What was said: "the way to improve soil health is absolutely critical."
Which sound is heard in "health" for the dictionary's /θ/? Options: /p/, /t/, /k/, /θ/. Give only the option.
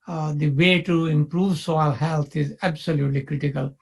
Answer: /t/